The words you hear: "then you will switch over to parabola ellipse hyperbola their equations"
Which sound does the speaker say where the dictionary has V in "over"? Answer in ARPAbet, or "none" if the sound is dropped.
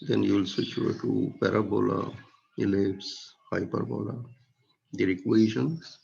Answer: none